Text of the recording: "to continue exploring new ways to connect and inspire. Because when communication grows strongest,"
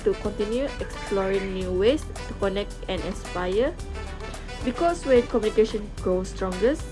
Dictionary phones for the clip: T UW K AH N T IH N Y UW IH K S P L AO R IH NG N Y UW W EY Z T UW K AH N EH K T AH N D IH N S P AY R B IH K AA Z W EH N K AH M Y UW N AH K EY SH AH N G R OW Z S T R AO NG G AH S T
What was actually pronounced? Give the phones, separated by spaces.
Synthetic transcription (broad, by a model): T UW K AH N T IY N Y UW IH K S P L AO R IH NG N Y UW W EY S T UW K AH N EH K T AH N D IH S P AY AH B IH K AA S W EH N K AH M Y UW N AH K EY SH AH N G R OW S T R AO NG G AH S